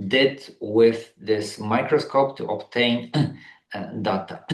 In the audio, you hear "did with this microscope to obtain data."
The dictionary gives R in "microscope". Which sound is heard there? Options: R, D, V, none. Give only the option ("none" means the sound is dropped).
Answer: R